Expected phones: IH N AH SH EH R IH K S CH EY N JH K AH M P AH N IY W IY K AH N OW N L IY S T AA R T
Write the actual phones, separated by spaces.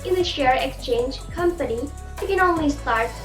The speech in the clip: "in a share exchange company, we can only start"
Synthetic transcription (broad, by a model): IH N AH SH EH R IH K S CH EY N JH K AH M P AH N IY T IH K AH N OW N L IY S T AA R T